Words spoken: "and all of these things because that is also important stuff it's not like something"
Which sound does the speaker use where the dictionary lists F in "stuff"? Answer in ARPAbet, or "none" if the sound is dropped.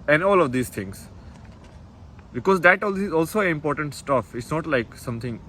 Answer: F